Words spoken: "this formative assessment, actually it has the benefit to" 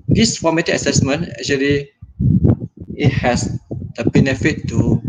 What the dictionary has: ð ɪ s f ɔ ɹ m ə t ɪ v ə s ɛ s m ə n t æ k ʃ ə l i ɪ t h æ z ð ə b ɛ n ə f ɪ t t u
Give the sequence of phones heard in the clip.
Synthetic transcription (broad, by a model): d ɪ s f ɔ m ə t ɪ ə s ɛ s m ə n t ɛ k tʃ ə l i ɪ t h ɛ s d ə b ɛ n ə f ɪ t t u